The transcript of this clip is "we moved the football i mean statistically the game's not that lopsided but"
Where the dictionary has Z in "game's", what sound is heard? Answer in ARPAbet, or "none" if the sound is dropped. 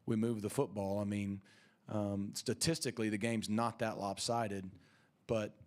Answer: Z